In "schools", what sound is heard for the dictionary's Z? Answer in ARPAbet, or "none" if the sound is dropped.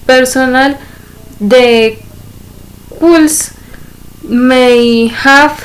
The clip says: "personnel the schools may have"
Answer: S